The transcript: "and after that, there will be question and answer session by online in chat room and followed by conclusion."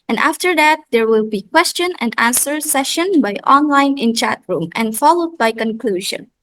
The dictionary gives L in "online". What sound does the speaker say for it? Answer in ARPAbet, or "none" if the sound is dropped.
L